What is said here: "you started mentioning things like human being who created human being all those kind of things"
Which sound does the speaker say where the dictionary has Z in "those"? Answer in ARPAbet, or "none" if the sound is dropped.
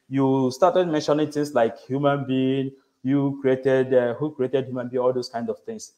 S